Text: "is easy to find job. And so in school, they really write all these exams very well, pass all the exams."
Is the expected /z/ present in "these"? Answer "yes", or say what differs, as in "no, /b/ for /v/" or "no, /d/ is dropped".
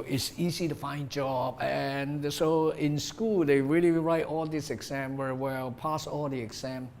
no, /s/ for /z/